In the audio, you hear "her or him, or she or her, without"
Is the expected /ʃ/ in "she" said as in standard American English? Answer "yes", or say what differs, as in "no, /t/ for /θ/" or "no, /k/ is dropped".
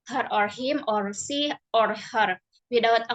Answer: no, /s/ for /ʃ/